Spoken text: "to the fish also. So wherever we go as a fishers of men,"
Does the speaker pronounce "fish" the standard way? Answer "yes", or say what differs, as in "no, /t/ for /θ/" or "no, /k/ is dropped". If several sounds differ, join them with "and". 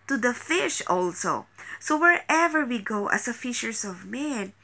yes